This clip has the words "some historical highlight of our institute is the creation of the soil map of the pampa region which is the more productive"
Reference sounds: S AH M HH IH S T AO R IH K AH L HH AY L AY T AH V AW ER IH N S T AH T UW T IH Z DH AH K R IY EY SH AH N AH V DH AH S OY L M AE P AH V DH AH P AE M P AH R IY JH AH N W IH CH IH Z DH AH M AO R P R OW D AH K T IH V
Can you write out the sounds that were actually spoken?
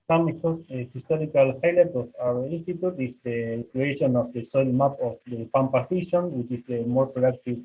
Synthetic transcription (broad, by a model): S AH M HH IH S T AO R IH K AH L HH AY L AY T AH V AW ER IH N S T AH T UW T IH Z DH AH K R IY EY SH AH N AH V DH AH S OY L M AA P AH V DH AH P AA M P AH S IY SH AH N W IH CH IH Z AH M AO R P R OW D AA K T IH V